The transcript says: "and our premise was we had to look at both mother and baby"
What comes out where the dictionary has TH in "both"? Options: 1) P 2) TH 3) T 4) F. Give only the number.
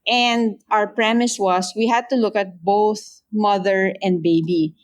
2